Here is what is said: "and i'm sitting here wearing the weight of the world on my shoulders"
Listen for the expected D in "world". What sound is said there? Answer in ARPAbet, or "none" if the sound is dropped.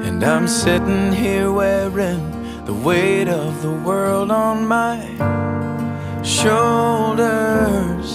D